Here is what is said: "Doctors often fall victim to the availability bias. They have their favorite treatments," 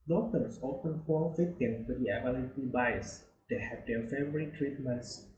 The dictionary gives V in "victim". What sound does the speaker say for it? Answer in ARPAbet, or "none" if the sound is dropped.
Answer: F